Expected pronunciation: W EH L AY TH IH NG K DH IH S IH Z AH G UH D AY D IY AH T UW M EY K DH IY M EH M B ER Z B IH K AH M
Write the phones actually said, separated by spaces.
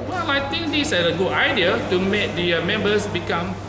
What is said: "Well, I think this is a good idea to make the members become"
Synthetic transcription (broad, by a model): W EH L AY T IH NG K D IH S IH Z AH G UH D AY D IY AH T UW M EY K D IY M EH M B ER S B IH K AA M